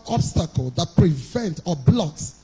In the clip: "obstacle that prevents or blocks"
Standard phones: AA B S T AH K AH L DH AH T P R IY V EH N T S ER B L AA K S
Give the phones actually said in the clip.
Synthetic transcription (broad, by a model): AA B S T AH K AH L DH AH T P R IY V EH N T ER B L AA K S